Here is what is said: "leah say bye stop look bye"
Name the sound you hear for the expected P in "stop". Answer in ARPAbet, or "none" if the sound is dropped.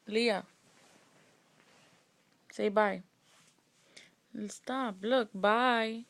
B